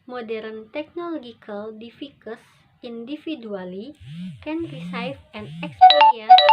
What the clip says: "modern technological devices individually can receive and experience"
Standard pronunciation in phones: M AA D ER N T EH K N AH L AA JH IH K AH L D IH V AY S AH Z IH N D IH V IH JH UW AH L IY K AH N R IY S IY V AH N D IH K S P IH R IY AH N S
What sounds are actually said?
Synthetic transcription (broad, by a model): M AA D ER N T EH K N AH L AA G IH K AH L D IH F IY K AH S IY N D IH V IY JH UW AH L IY K AH N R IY S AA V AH N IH K S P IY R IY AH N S